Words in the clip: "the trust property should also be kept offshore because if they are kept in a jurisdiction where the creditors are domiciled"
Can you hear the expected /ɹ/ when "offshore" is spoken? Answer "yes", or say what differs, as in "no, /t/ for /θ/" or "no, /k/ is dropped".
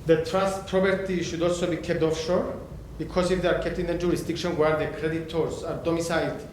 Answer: yes